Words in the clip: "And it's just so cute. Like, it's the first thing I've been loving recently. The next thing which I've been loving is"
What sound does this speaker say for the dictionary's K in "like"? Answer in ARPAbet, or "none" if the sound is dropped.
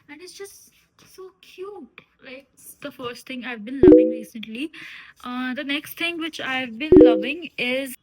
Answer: none